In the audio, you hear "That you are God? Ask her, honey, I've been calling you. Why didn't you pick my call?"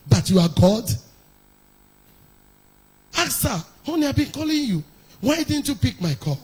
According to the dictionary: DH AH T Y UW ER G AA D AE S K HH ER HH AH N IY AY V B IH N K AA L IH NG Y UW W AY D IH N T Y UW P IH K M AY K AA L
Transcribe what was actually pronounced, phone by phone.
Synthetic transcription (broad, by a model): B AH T Y UW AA G AA D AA K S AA HH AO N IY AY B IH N K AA L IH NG Y UW W AY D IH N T Y UW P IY K M AY K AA